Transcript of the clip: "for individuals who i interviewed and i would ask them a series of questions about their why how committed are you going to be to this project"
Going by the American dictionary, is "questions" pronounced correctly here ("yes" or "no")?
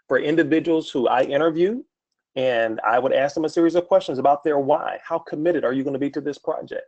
yes